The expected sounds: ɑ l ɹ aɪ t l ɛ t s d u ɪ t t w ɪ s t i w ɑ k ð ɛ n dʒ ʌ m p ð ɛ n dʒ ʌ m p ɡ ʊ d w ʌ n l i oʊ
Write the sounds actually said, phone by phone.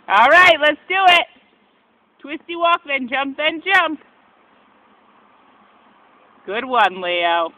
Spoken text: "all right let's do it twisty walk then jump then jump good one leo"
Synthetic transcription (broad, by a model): ɑ l ɹ aɪ t l ɛ t s d u ɪ t t w ɪ s t i w ɑ k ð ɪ n dʒ ʌ m p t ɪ n dʒ ʌ m p ɡ ʊ d w ʌ n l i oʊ